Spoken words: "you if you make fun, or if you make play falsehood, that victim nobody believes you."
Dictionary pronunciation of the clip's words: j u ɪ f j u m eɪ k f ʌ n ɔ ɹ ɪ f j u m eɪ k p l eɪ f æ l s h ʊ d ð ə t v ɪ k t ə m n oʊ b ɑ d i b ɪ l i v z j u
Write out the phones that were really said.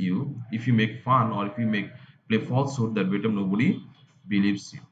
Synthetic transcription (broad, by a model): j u ɪ f j u m eɪ k f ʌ n ɔ ɹ ɪ f j u m eɪ k p l eɪ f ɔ l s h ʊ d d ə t b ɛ t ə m n oʊ b ɑ d i b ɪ l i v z j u